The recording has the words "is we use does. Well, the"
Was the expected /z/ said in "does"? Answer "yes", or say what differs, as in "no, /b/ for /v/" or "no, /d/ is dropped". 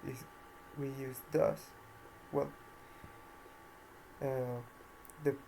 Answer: no, /s/ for /z/